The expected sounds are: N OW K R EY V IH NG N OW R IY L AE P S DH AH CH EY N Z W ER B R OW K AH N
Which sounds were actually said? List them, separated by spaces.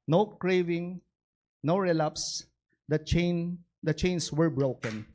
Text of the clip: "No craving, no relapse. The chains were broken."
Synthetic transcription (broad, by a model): N OW K R EY V IH NG N OW R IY L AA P S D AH CH EY N S W ER B R OW K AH N